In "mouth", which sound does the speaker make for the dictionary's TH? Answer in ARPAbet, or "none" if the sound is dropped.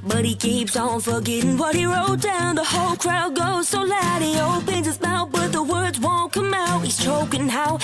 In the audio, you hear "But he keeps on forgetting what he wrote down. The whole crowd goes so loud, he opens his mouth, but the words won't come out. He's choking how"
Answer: T